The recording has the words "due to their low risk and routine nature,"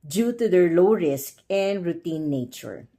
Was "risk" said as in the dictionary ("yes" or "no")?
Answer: yes